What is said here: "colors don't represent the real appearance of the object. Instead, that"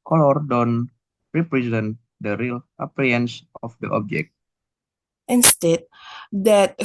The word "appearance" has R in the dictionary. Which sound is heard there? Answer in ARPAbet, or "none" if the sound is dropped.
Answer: none